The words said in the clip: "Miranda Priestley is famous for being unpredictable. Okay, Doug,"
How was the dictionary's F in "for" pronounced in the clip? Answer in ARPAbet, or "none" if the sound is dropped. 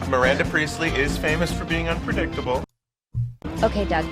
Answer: F